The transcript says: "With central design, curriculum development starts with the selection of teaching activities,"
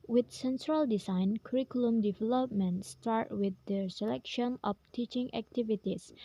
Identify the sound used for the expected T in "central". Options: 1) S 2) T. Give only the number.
1